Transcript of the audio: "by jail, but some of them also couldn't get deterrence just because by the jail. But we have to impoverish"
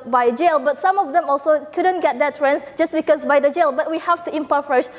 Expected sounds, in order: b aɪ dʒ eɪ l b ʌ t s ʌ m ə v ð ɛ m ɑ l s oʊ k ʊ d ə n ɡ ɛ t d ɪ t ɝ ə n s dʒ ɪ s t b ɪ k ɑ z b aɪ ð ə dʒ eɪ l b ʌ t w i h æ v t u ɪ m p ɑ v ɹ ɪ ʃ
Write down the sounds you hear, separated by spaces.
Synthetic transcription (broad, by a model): b aɪ dʒ eɪ l b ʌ t s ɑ m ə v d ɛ m ɑ l s oʊ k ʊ d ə n ɡ ɛ t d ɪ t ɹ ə n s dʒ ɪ s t b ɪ k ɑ s b aɪ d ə dʒ eɪ l b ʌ t w i h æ f t u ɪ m p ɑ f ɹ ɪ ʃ